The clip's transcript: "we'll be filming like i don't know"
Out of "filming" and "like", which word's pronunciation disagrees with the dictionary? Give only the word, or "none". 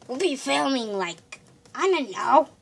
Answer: filming